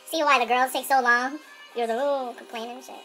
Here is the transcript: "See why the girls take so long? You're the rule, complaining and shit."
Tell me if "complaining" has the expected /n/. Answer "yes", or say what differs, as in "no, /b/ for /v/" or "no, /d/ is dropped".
no, /n/ is dropped